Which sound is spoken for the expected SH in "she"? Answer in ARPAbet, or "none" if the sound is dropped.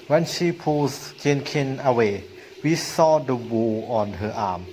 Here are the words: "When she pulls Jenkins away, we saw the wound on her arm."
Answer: SH